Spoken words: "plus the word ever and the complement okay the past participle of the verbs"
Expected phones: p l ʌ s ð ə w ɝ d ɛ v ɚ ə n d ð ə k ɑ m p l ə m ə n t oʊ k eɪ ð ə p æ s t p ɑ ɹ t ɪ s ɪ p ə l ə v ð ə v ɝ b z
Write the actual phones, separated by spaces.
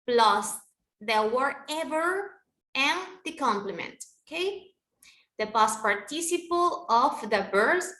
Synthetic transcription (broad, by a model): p l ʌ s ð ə w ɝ ɛ v ɚ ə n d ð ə k ɑ m p l ə m ə n t oʊ k eɪ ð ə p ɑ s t p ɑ ɹ t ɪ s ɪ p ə l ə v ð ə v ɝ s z